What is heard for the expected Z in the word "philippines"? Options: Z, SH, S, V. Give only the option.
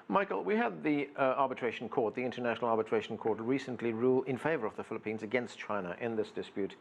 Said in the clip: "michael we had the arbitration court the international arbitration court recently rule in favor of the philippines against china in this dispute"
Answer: Z